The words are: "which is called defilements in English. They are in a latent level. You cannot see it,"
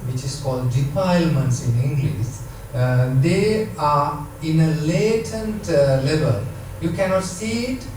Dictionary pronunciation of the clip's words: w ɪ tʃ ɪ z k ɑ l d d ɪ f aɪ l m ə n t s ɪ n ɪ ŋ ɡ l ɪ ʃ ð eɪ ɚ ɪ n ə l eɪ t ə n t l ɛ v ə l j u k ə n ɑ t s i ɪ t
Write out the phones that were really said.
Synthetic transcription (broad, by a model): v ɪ tʃ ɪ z k ɑ l d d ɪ p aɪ l m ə n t s ɪ n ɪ ŋ ɡ l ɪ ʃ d eɪ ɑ ɪ n ə l eɪ t ə n t l ɛ v ə l j u k ə n ɑ t s i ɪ t